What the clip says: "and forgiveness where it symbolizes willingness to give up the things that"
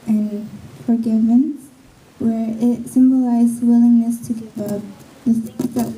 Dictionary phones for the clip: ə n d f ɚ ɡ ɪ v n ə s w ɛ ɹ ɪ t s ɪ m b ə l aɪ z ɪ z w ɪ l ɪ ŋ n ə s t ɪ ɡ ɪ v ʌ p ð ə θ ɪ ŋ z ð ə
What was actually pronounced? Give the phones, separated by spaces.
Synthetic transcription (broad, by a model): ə n f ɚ ɡ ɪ v ə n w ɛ ɹ ɪ t s ɪ m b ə l aɪ z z w ɪ l ɪ ŋ n ə s t ɪ ɡ ɪ v ʌ p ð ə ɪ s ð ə